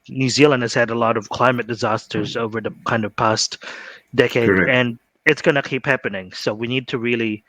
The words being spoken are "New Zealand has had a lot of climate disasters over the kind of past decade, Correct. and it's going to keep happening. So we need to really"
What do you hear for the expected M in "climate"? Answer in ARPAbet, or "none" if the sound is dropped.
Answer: M